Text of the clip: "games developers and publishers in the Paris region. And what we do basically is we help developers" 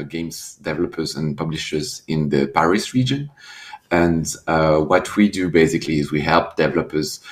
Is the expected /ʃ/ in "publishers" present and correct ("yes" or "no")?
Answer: yes